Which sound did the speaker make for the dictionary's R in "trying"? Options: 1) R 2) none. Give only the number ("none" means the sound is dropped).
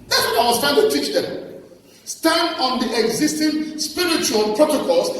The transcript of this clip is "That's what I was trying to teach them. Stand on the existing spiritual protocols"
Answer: 2